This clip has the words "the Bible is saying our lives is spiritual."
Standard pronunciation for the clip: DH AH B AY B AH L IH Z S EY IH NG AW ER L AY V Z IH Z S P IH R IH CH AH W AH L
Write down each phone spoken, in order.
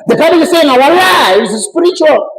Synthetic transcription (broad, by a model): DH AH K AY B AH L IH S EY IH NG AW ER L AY Z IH S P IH R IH CH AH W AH L